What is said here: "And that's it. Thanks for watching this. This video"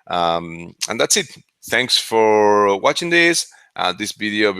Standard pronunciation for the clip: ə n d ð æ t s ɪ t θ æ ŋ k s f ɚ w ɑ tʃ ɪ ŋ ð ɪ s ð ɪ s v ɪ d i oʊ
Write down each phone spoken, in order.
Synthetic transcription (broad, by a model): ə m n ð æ t s ɪ t θ æ ŋ k s f ɚ w ɑ tʃ ɪ ŋ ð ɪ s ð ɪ s v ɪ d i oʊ